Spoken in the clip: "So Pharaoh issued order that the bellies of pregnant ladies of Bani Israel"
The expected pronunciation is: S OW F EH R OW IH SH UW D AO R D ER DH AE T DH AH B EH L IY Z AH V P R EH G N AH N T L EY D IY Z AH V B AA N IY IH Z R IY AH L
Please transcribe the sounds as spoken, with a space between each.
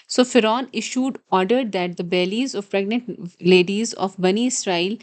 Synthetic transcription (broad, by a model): S OW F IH R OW IH SH UW D AO R D ER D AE T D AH B EH L IY Z AH V P R EH G N AH N T L EY D IY Z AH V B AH N IY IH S R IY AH L